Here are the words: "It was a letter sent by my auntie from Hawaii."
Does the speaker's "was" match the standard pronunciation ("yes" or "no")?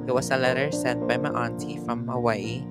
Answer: no